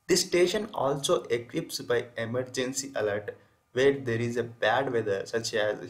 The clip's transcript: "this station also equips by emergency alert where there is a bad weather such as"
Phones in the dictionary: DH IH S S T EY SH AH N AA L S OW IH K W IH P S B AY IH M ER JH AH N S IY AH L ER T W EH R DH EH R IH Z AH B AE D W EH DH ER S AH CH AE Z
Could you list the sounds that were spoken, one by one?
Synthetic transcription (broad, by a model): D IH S S T EY SH AH N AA L S OW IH K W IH P S B AY IH M ER JH AH N S IY AH L ER T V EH R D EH R IH Z AH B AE D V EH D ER S AH CH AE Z